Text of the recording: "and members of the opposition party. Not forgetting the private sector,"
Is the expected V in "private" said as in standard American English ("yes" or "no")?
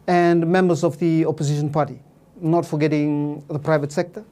yes